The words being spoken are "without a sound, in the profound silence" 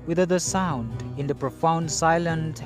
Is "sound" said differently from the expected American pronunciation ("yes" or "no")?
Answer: no